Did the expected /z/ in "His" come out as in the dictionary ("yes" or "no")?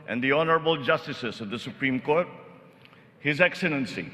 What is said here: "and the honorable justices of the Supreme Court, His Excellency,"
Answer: yes